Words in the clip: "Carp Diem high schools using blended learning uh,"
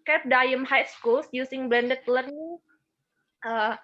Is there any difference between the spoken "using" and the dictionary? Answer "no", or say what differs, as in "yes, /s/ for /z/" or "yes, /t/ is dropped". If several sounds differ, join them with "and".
yes, /s/ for /z/